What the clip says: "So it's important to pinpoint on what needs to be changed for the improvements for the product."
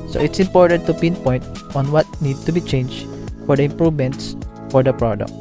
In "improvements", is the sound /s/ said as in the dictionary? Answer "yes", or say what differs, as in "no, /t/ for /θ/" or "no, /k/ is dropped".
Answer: yes